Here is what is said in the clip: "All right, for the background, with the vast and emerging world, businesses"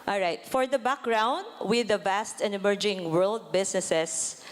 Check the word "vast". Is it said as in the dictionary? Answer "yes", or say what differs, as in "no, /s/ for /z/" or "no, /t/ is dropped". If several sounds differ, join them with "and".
yes